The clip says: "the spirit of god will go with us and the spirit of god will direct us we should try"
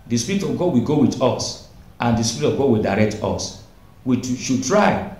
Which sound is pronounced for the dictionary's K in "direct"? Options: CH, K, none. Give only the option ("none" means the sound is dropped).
K